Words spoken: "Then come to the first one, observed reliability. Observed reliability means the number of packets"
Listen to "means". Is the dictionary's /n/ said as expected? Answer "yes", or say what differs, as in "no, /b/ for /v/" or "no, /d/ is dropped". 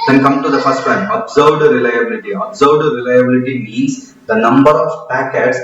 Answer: no, /n/ is dropped